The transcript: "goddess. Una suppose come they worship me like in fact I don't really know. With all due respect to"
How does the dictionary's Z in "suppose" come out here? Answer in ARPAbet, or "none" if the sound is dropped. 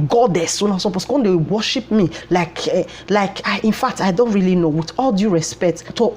S